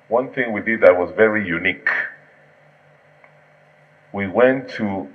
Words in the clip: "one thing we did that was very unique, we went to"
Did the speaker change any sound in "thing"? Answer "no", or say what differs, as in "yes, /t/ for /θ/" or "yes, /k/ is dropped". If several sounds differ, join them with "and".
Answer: no